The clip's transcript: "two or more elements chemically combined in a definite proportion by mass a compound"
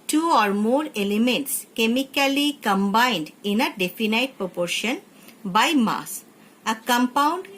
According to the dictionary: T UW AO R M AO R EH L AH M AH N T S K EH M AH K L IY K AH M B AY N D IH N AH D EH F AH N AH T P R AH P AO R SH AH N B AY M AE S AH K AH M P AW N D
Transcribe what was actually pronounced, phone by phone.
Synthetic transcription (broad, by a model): T UW AO R M AO R EH L AH M AH N T S K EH M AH K L IY K AH M B AY N D IH N AH D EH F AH N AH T P R AH P AO R SH AH N B AY M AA S AH K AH M P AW N D